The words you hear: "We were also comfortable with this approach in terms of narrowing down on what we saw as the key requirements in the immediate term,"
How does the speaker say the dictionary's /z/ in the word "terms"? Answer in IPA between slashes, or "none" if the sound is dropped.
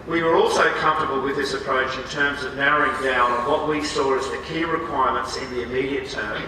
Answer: /z/